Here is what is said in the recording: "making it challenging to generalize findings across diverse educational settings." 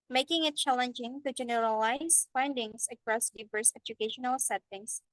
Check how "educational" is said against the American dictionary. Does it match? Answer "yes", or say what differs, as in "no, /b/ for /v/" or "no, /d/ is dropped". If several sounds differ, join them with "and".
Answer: yes